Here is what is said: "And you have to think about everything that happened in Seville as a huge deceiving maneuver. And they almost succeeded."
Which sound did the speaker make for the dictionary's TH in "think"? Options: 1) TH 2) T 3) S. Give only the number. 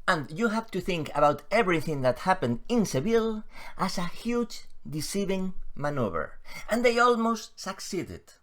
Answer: 1